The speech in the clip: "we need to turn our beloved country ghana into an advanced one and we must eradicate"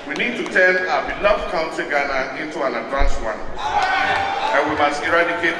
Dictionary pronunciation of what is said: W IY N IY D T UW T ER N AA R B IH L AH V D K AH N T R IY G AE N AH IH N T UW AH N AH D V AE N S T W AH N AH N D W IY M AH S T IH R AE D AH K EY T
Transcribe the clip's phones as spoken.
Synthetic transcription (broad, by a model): W IY N IY D T UW T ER N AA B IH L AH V K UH N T IY G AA N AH IH N T UW AH N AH D V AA N S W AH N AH N W IY M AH S T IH R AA D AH K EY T